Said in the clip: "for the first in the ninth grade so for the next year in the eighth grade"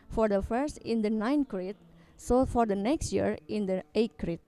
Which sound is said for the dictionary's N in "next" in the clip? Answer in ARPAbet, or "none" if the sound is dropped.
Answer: N